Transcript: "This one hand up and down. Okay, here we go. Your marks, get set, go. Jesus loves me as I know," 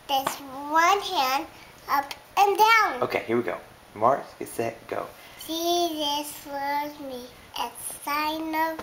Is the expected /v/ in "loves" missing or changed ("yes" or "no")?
yes